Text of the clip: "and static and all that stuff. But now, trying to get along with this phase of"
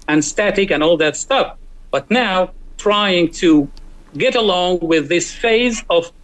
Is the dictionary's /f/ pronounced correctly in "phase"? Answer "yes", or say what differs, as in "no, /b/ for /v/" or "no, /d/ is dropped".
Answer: yes